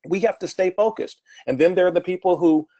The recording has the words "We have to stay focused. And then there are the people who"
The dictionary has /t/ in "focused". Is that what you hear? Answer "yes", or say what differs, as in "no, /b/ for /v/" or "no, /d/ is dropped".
yes